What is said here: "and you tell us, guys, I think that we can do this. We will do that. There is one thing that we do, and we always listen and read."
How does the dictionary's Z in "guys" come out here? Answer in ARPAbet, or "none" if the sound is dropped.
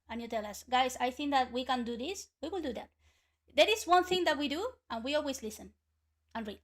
S